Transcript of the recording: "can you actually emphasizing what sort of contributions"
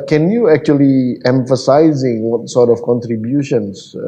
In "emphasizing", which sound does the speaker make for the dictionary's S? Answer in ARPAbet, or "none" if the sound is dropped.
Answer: S